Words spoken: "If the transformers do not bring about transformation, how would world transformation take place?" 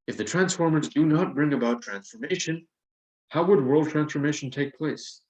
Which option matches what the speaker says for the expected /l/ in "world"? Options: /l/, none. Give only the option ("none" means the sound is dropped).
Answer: /l/